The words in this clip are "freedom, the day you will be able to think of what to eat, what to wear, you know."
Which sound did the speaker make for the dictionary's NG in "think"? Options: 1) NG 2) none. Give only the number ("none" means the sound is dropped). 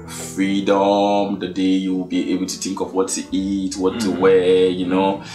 1